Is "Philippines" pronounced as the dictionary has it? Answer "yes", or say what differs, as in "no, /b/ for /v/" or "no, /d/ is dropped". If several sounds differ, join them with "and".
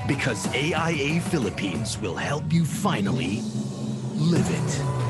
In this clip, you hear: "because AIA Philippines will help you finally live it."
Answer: yes